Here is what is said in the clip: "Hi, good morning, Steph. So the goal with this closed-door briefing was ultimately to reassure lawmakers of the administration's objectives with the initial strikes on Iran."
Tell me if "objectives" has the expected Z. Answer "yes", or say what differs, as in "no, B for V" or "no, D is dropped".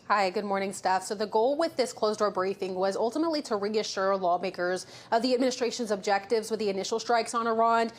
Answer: yes